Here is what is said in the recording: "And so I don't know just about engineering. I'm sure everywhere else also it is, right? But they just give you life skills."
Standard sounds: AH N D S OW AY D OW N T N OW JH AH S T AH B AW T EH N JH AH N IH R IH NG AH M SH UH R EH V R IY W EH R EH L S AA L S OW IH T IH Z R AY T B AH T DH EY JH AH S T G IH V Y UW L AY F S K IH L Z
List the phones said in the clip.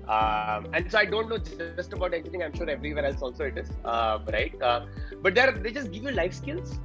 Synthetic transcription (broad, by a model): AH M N S OW AY D OW N T N OW JH AH S T AH B AW T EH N AH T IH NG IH AH M SH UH R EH V R IY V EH R EH L S AA L S OW IH T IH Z R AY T B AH T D EY JH AH S T G IH V Y UW L AY F S K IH L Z